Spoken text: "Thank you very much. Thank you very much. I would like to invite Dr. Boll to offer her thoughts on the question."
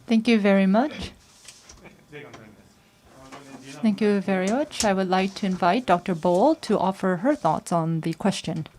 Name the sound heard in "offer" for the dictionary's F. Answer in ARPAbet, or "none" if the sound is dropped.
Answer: F